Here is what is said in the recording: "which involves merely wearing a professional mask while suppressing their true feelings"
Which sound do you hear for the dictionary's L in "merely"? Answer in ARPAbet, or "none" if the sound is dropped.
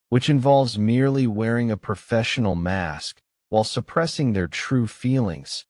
L